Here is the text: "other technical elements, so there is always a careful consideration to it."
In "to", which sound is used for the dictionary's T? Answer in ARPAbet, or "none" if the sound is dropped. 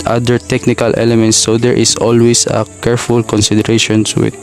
S